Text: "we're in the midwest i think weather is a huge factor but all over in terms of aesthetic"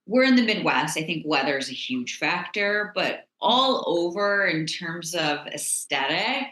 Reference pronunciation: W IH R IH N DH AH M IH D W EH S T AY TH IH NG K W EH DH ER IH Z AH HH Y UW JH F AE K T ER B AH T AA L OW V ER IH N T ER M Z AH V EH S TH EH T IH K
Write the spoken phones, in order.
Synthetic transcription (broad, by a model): W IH R IH N DH AH M IH D W EH S T AY TH IH NG K W EH DH ER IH Z AH HH Y UW JH F AE K T ER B AH T AA L OW V ER IH N T ER M Z AH V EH S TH EH T IH K